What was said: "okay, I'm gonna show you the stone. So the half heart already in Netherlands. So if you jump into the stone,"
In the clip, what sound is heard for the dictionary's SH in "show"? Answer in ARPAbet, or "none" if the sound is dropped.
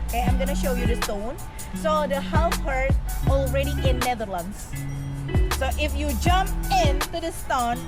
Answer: SH